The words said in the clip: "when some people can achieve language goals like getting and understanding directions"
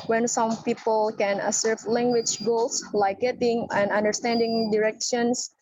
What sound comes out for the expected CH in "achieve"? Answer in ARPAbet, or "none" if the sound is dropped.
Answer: S